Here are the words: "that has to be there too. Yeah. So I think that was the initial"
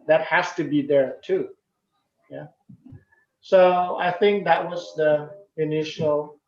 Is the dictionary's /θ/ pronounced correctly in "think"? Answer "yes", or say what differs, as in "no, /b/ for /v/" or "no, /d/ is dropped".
yes